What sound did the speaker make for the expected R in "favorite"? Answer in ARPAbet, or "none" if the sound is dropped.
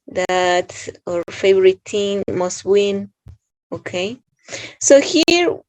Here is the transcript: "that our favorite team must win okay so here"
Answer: R